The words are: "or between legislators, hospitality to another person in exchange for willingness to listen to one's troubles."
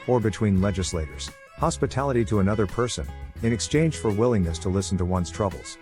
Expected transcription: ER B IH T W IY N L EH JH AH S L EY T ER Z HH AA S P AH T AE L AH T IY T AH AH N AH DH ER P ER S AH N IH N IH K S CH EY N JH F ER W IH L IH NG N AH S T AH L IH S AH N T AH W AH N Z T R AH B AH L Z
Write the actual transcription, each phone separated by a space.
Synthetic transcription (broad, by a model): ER B IH T W IY N L EH JH AH S L EY T ER Z HH AA S P AH T AE L AH T IY T AH AH N AH DH ER P ER S AH N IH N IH K S CH EY N ZH F ER W IH L IH NG N AH S T AH L IH S N T AH W AH N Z T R AH B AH L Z